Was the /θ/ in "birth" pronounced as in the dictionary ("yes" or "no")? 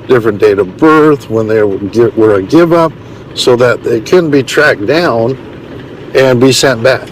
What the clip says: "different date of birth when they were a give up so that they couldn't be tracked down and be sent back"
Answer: yes